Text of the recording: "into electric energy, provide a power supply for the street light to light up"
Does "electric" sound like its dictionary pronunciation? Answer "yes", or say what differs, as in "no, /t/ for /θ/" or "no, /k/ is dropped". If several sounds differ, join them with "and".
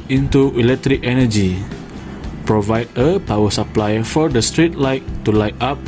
yes